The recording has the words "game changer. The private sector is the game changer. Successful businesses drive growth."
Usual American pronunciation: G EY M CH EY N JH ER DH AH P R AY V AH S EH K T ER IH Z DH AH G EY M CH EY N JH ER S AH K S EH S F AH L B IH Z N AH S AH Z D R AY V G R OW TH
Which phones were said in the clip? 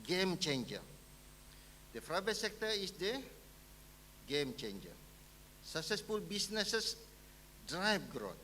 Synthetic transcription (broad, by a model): G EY M CH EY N JH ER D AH F R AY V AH S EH K T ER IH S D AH G EY M CH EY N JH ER S AH K S EH S F AH L B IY S N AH S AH S D R AY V G R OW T